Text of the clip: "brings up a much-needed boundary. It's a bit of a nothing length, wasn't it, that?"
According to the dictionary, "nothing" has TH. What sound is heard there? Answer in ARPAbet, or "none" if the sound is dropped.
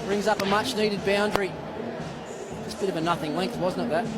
TH